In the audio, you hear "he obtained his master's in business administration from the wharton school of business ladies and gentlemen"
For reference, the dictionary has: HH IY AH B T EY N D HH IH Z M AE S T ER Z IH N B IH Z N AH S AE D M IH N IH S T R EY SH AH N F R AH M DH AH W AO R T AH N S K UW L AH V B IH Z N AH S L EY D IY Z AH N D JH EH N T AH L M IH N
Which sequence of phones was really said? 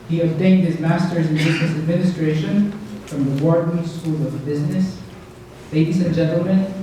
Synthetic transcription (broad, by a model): HH IY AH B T EY N D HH IH Z M AE S T ER Z IH N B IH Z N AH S AE D M IH N IH S T R EY SH AH N F R AH M DH AH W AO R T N S K UW L AH V B IH Z N AH S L EY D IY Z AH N JH EH N T L M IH N